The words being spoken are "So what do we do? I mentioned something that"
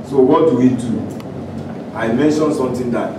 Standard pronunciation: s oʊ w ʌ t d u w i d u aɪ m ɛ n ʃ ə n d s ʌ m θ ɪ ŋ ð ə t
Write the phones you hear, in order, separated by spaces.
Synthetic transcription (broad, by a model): s oʊ w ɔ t d u w i d u aɪ m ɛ n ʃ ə n s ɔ m t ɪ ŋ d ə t